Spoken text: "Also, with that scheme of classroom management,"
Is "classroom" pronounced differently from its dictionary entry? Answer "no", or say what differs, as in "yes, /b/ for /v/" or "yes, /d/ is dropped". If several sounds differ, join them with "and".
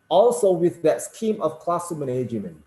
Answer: yes, /ɹ/ is dropped